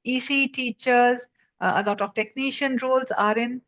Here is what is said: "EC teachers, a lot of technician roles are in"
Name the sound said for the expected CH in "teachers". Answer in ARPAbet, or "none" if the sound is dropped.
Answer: CH